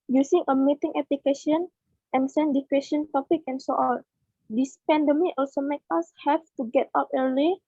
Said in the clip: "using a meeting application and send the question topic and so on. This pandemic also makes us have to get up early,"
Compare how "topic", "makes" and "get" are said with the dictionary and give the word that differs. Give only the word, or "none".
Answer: makes